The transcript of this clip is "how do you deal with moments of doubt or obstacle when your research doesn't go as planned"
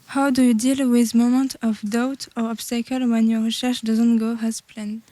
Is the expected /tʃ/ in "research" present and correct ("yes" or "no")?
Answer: no